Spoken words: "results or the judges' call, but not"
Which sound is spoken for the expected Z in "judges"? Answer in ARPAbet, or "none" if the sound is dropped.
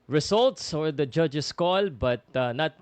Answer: S